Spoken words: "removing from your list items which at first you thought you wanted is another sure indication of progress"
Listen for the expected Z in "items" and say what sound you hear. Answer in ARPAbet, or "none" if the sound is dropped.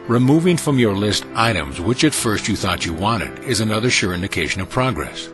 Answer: Z